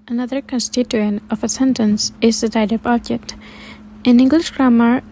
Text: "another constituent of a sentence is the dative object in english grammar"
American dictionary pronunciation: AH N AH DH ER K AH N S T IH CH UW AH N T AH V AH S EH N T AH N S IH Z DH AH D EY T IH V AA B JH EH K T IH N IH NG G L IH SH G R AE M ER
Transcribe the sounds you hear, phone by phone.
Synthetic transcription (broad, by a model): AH N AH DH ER K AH N S T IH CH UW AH N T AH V AH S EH N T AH N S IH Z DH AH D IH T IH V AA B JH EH T IH N IH NG G L IH SH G R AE M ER